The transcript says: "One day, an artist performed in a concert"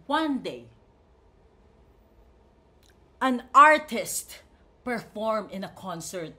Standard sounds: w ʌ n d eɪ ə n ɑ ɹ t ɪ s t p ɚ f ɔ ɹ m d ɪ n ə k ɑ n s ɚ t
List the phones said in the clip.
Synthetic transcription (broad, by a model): w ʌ n d eɪ ə n ɑ ɹ t ɪ s t p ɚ f ɔ ɹ m ɪ n ə k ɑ n s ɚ t